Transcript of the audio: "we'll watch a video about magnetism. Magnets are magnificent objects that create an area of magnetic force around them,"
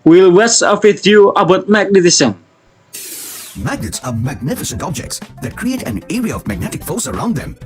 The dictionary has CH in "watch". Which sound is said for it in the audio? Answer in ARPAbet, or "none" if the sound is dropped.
S